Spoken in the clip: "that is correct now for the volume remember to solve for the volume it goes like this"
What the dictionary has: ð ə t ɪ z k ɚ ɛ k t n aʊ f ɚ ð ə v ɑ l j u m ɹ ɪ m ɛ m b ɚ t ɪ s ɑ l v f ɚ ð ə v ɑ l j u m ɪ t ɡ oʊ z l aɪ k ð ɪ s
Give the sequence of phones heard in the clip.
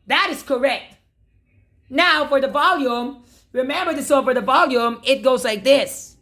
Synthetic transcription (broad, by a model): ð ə t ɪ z k ɚ ɛ k t n aʊ f ɚ ð ə v ɑ l j u m ɹ ɪ m ɛ m b ɚ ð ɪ s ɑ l f ɚ ð ə v ɑ l j u m ɪ t ɡ oʊ z l aɪ k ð ɪ s